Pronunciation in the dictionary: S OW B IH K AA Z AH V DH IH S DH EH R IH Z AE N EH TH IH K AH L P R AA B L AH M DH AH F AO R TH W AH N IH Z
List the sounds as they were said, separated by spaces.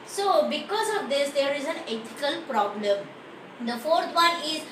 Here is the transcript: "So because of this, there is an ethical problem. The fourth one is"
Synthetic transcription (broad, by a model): S OW B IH K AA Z AH V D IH S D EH R IH Z AE N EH T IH K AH L P R AA B L AH M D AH F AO R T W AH N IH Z